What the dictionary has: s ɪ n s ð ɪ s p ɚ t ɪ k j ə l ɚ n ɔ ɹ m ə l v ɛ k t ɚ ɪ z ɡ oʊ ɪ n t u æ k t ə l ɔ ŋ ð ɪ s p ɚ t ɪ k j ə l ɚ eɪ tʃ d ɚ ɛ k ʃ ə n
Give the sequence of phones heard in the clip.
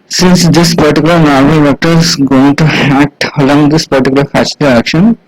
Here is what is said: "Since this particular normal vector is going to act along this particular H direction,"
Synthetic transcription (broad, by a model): s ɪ n s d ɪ s p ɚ t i k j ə l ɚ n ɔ ɹ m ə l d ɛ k t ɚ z ɡ oʊ ɪ n t u æ k t ə l ɔ ŋ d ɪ s p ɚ t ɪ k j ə l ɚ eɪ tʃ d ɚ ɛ k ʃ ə n